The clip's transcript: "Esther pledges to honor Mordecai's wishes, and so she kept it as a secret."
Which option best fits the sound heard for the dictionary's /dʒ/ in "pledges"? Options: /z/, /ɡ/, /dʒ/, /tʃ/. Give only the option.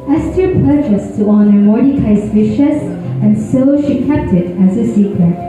/tʃ/